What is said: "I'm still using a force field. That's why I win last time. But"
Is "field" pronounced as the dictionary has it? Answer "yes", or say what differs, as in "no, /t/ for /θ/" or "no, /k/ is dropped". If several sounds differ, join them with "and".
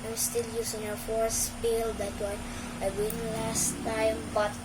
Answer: no, /p/ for /f/